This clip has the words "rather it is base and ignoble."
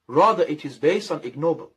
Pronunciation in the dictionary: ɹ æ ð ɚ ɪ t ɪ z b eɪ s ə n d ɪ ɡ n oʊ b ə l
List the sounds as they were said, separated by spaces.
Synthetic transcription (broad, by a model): ɹ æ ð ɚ ɪ t ɪ z b eɪ s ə n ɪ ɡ n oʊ b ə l